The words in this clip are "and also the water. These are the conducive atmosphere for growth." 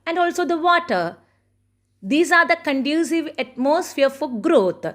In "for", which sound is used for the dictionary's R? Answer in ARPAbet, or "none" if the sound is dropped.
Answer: L